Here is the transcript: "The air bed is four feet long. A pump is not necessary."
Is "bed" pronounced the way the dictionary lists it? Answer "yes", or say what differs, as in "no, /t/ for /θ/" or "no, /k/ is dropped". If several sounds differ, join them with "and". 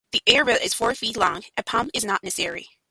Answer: no, /d/ is dropped